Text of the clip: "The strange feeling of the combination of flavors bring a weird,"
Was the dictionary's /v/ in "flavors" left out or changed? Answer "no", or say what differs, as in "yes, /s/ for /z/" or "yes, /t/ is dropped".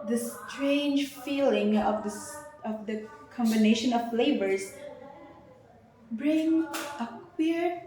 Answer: yes, /b/ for /v/